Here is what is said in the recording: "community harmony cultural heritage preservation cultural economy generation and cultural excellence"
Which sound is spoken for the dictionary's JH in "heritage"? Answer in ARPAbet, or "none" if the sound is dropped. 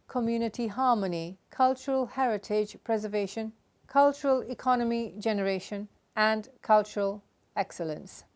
JH